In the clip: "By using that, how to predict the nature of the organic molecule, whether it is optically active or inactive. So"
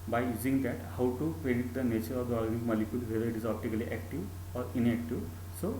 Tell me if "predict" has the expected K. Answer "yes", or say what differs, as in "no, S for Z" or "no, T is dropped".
no, K is dropped